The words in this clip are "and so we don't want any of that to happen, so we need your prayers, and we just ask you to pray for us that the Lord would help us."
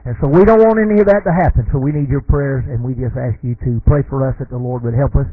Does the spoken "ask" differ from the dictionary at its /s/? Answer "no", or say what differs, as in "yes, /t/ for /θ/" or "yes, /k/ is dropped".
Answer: no